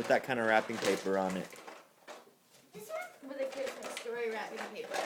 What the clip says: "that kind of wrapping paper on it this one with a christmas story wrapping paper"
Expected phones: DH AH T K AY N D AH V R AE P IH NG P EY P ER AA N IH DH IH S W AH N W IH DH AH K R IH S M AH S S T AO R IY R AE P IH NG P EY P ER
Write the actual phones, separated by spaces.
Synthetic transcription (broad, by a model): DH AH T K AY N D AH R AE P IH NG P EY P ER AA N IH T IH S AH W IH DH AH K IH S AH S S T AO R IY R AE P IH NG P EY P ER